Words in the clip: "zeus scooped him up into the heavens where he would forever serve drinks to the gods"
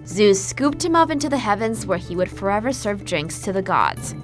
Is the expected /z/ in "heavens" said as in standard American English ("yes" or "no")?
yes